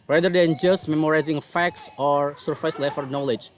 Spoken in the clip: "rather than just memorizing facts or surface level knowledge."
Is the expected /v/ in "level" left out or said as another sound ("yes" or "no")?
yes